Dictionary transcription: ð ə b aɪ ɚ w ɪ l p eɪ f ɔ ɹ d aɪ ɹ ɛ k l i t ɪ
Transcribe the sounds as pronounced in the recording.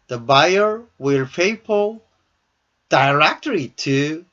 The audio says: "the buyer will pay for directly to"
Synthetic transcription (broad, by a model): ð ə b aɪ ɚ w ɪ l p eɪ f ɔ l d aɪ ɹ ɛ k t i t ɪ